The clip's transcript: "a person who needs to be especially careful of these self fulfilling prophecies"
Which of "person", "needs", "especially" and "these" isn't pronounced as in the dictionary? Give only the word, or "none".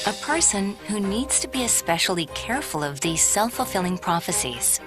none